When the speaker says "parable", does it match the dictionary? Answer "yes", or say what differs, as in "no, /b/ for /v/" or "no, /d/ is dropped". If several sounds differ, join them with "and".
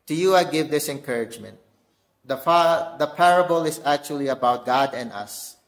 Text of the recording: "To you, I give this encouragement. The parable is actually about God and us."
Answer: yes